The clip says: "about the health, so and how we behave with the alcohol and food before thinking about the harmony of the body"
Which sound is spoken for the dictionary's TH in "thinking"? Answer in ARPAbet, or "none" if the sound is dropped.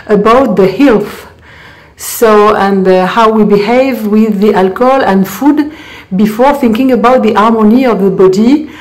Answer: TH